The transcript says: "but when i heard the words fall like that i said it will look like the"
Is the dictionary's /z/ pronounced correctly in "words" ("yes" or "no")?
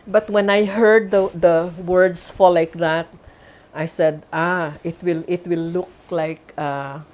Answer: no